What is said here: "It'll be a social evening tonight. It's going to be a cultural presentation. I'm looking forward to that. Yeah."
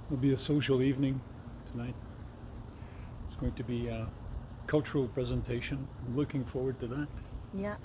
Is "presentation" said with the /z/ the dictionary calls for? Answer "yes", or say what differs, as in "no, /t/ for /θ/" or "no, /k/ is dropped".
yes